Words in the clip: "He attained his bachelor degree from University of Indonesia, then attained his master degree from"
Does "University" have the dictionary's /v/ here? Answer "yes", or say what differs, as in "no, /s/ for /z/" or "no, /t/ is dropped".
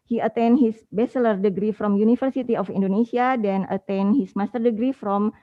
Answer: no, /f/ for /v/